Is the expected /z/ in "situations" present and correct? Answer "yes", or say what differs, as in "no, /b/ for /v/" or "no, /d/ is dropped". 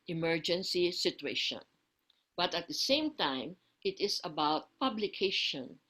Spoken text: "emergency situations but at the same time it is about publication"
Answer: no, /z/ is dropped